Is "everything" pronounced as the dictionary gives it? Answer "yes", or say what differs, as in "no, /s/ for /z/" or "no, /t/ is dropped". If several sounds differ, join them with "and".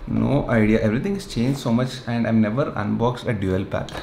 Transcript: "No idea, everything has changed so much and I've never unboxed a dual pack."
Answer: no, /t/ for /θ/